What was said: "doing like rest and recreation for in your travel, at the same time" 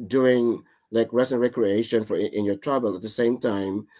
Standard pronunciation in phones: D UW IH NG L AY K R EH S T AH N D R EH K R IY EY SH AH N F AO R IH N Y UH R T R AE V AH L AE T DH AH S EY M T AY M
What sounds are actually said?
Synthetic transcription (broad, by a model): D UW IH NG L AY K R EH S AH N R EH K R IY EY SH AH N F AO R IH N Y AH R T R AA B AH L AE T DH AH S EY M T AY M